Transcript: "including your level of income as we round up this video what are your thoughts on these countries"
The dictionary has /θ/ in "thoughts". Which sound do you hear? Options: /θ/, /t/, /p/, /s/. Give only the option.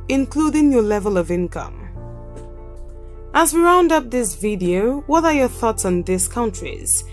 /θ/